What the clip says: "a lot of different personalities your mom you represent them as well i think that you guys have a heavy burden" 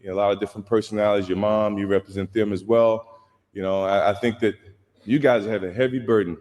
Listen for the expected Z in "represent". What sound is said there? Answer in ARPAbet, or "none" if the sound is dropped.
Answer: Z